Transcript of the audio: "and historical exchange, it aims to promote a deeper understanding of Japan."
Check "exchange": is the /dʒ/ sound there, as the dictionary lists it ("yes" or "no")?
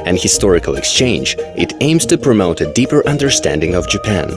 yes